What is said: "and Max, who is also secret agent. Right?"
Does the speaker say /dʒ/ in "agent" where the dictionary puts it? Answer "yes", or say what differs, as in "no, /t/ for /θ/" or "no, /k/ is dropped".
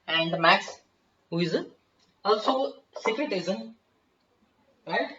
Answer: no, /z/ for /dʒ/